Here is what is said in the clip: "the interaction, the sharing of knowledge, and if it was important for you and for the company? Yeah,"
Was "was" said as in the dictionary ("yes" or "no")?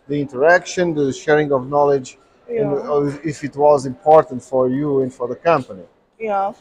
yes